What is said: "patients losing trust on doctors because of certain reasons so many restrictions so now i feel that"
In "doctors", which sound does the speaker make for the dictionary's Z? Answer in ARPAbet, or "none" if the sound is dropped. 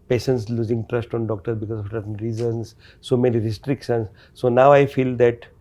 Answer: none